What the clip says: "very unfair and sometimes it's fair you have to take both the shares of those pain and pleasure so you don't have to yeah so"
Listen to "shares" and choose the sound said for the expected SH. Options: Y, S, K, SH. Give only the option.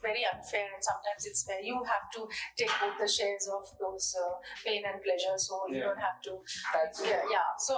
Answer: SH